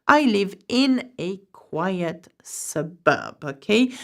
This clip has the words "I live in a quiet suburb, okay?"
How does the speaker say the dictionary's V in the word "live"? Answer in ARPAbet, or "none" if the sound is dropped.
V